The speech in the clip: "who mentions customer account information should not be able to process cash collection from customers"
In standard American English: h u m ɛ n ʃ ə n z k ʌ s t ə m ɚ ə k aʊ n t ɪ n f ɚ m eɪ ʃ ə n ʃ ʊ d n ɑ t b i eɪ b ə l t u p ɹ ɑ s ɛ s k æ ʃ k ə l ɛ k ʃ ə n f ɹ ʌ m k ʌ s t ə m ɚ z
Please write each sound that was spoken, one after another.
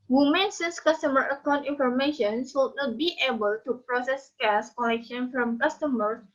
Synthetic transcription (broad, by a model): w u m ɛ n s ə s k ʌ s t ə m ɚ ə k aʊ n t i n f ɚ m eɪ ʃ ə n s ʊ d n ɑ t b i eɪ b ə l t u p ɹ ɑ s ɛ s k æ s k ə l ɛ k ʃ ə n f ɹ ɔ m k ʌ s t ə m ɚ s